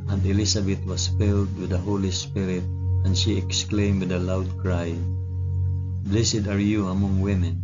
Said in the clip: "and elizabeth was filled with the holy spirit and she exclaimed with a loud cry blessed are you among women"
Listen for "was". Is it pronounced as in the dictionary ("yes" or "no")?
no